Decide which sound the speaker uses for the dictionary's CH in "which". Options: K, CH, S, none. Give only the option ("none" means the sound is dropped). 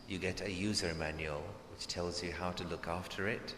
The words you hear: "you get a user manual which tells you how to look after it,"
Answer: CH